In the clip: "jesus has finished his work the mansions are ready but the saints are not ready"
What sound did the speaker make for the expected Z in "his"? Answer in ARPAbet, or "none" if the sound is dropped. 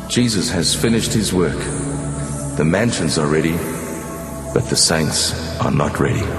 Z